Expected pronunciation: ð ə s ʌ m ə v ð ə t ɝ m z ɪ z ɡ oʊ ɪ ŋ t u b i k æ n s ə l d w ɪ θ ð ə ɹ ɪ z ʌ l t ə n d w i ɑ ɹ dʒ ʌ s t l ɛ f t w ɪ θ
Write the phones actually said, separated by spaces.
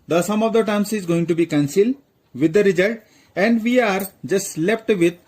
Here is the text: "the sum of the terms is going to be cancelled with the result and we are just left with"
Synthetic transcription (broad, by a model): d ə s ʌ m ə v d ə t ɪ m s ɪ z ɡ oʊ ɪ ŋ t u b i k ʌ n s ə l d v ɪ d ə ɹ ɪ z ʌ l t ə n d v i ɑ ɹ dʒ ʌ s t l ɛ p t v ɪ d